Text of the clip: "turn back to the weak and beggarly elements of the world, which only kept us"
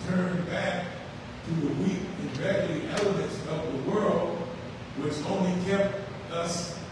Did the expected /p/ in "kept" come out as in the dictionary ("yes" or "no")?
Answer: yes